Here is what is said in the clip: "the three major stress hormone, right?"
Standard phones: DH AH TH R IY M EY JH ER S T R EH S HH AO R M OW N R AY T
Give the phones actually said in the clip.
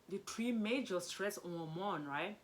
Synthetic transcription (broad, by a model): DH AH T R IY M EY JH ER S T R EH S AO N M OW N R AY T